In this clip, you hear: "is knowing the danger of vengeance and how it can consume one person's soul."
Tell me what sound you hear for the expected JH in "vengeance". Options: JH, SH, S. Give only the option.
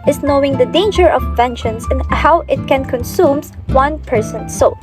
SH